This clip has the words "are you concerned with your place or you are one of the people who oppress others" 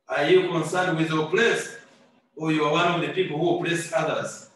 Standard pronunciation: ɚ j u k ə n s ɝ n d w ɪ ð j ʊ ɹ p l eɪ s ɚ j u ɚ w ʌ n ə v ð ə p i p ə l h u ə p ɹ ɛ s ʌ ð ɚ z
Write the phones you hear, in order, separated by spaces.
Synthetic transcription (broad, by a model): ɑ j u k ə n s ɝ n d w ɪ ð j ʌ p l eɪ s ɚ j u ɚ w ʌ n ə v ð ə p i p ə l h u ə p l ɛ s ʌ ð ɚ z